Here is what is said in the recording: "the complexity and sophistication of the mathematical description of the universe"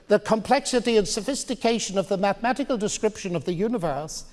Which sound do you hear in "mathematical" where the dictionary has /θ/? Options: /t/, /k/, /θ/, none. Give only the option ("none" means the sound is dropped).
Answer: /θ/